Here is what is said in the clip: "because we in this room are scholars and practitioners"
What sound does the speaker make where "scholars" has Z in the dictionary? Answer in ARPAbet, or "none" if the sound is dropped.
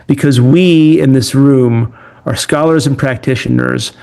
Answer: Z